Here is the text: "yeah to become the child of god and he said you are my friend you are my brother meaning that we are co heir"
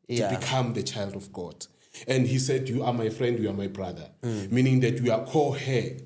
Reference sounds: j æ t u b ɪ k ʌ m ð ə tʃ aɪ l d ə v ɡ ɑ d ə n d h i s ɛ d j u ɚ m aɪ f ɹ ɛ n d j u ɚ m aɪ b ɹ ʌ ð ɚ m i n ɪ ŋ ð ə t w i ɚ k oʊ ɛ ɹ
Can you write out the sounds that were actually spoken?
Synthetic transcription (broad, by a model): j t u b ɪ k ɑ m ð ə tʃ aɪ l d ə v ɡ ɑ d ə n d h i s ɛ d j u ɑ m aɪ f ɹ ɛ n d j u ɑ m aɪ b ɹ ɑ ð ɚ m i n ɪ ŋ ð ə t w i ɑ k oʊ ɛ